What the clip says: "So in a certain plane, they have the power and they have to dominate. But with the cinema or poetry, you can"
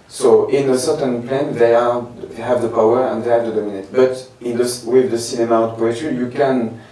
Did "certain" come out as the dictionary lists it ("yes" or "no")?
yes